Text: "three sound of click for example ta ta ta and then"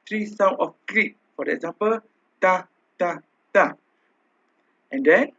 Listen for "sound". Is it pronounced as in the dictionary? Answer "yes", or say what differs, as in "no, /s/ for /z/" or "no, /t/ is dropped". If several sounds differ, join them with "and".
no, /d/ is dropped